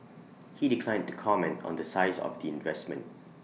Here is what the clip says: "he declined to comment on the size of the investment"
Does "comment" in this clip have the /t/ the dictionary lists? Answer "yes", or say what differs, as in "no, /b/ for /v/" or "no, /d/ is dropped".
yes